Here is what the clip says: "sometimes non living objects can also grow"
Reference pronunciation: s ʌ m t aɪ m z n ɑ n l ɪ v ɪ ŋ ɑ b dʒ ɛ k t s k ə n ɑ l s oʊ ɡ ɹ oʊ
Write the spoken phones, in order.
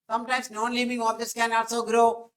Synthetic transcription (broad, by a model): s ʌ m t aɪ m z n ɑ n l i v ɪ ŋ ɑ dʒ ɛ t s k ə n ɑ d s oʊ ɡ ɹ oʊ